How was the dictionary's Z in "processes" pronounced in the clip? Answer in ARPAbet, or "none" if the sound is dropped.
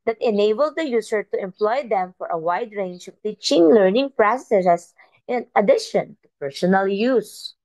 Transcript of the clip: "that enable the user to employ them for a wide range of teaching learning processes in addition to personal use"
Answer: S